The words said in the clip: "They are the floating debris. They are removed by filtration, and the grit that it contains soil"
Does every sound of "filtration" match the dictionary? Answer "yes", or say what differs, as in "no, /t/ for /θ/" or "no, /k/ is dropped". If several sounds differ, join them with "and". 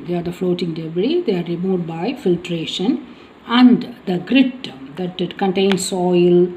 yes